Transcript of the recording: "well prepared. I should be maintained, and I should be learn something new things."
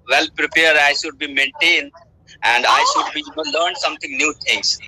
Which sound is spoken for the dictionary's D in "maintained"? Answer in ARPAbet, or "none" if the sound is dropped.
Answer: D